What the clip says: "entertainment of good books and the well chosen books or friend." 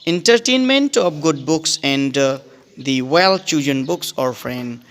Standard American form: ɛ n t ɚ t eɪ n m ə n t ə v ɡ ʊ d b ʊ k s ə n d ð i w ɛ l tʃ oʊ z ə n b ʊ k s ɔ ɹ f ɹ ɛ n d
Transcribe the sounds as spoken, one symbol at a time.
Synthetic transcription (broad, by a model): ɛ n t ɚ t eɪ n m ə n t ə p ɡ ʊ d b ʊ k s ə n d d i w ɛ l tʃ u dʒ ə n b ʊ k s ɔ ɹ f ɹ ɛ n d